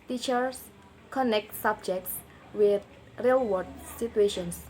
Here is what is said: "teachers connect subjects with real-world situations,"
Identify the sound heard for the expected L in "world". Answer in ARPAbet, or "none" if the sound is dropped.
none